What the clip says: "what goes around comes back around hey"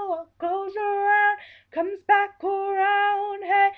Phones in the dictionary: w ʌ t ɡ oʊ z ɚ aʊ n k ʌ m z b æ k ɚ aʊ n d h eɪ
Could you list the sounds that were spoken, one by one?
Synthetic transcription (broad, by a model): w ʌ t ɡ oʊ z ɚ aʊ n k ʌ m z b æ k ɚ aʊ n d h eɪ